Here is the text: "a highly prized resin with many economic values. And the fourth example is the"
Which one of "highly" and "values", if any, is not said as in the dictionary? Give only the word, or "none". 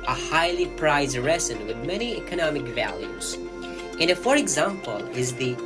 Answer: none